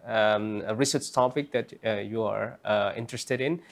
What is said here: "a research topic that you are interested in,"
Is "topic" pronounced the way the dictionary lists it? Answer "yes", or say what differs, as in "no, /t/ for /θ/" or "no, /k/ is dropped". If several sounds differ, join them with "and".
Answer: yes